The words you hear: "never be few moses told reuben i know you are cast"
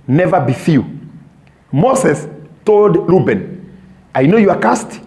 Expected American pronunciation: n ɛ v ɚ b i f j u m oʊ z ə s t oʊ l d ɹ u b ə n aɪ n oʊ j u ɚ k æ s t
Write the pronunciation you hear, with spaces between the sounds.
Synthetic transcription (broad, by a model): n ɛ v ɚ b i f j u m oʊ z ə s t oʊ l d l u b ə n aɪ n oʊ j u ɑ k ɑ s t